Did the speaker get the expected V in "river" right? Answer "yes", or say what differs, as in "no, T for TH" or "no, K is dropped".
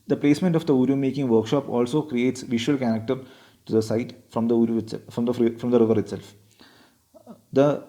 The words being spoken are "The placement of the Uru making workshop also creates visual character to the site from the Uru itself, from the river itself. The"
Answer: yes